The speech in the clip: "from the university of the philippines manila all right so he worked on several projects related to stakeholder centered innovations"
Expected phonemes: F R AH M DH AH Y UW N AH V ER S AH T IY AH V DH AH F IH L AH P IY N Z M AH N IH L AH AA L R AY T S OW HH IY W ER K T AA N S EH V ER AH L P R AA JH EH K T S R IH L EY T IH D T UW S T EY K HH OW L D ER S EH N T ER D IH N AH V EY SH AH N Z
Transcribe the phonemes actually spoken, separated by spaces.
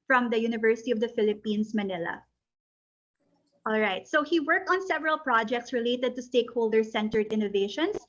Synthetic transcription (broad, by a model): F R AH M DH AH Y UW N AH V ER S AH T IY AH V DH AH F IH L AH P IY N S M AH N IH L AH AA L R AY T S OW HH IY W ER K T AA N S EH V ER AH L P R AA JH EH K T S R IH L EY T IH D T UW S T EY K HH OW L D ER S EH N T ER D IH N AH V EY SH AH N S